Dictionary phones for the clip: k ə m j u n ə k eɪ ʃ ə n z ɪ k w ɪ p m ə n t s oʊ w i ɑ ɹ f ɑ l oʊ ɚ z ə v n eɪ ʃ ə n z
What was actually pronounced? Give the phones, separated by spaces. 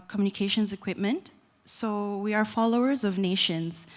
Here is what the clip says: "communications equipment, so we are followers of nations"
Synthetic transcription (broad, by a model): k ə m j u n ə k eɪ ʃ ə n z ɪ k w ɪ p m ə n t s oʊ w i ɑ ɹ f ɑ l oʊ ɚ z ə v n eɪ ʃ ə n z